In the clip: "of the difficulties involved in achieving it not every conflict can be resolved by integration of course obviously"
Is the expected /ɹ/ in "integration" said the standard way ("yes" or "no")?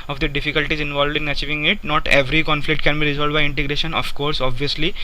yes